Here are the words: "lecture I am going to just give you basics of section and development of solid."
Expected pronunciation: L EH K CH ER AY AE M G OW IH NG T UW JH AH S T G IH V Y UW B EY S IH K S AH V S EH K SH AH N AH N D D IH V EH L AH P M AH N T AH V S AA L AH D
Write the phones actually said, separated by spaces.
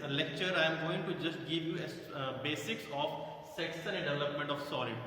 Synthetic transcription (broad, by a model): L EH K CH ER AY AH M G OW IH NG T UW JH AH S T G IH V Y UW B EY S IH K S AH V S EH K S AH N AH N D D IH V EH L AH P M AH N T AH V S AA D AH